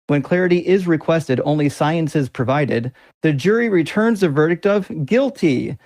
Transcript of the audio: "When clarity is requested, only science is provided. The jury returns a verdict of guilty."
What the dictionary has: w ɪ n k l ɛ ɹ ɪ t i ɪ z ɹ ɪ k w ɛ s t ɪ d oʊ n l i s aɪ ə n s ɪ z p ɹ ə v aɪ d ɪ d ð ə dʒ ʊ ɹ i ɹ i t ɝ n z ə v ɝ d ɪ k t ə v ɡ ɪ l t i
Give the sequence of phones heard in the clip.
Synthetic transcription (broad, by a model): w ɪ n k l ɛ ɹ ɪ t i ɪ z ɹ ɪ k w ɛ s t ɪ d oʊ n l i s aɪ ə n s ɪ z p ɹ ə v aɪ d ɪ d ð ə dʒ ʊ ɹ i ɹ i t ɝ n z ə v ɝ d ɪ k t ə v ɡ ɪ l t i